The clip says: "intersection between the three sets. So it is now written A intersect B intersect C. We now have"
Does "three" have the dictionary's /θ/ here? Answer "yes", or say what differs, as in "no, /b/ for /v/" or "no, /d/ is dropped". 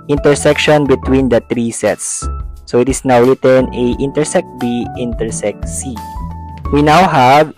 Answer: no, /t/ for /θ/